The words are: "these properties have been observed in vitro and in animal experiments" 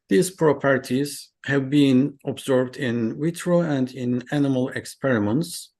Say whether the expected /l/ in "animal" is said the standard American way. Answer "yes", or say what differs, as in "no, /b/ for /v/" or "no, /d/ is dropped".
yes